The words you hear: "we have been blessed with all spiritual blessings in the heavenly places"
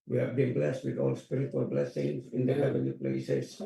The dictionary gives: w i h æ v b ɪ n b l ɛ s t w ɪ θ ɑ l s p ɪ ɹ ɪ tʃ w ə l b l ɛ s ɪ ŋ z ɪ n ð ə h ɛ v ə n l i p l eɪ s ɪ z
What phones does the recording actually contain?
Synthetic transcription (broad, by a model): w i h æ v b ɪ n b l ɛ s t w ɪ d ɑ l s p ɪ ɹ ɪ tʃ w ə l b l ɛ s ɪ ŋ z ɪ n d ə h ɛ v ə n i p l eɪ s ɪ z